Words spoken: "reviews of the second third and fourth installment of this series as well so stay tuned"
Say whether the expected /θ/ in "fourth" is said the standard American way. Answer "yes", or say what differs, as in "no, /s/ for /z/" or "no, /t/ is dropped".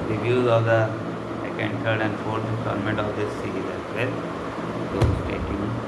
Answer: no, /s/ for /θ/